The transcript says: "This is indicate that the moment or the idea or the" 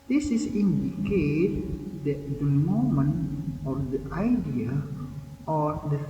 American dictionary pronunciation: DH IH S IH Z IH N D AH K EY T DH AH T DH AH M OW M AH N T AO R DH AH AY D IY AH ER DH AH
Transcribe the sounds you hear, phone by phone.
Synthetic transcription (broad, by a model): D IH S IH S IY N D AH K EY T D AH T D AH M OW M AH N AO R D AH AY D IY AH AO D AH